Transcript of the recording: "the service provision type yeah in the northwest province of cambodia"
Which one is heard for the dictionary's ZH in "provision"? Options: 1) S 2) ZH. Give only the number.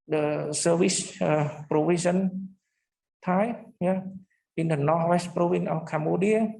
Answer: 1